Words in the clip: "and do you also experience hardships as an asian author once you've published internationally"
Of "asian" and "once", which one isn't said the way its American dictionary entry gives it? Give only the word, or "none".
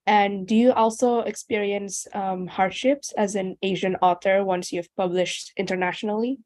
none